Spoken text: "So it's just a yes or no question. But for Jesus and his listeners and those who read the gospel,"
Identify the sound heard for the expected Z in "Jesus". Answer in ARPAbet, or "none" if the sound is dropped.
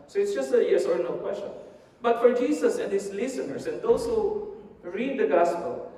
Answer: S